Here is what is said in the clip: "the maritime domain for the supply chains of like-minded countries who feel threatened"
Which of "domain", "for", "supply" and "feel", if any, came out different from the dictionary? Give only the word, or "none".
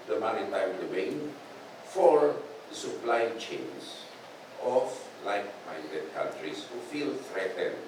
domain